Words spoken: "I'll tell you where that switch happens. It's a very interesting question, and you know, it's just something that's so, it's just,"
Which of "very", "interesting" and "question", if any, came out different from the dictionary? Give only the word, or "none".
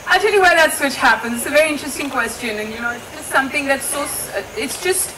none